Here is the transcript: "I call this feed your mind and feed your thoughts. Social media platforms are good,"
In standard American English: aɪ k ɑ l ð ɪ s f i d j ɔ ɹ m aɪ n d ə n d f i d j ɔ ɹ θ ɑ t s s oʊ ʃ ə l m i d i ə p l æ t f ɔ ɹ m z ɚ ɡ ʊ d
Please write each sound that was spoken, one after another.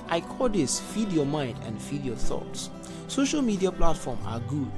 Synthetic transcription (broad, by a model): aɪ k ɑ l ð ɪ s f i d j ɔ m aɪ n d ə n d f i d j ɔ θ ɑ t s s oʊ ʃ ə l m i d i ə p l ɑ t f ɔ m ɑ ɡ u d